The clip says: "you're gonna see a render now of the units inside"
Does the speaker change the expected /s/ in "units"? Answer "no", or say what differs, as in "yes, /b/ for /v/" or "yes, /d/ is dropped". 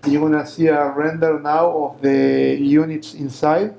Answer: no